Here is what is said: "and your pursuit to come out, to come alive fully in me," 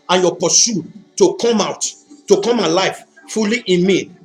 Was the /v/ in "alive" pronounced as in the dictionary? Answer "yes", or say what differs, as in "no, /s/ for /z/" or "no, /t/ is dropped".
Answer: no, /f/ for /v/